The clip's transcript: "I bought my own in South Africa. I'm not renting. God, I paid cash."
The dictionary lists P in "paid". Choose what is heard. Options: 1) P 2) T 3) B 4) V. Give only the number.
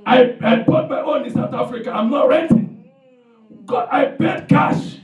3